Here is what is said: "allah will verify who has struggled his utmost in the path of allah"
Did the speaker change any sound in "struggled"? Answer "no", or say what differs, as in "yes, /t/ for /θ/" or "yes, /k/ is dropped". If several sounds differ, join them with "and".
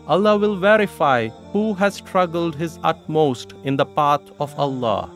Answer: no